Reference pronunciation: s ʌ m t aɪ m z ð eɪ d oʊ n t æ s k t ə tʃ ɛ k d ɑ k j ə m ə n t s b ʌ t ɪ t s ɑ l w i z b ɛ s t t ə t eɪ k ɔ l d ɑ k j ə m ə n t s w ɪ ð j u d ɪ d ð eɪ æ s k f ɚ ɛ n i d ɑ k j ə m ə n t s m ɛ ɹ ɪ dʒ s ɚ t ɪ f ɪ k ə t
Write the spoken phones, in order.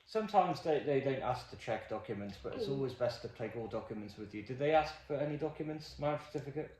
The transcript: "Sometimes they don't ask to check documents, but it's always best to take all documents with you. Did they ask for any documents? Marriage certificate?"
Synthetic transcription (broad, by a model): s ʌ m t aɪ m z ð eɪ d oʊ n t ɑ s k t ə tʃ ɛ k d ɑ k j ə m ə n t s b ʌ t ɪ t s ɑ l w i z b ɛ s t t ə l eɪ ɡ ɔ l d ɑ k j ə m ə n t s w ɪ ð j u d ɪ d ð eɪ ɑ s k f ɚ ɛ n i d ɑ k j ə m ə n t s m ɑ ɪ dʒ s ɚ t ɪ f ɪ k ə t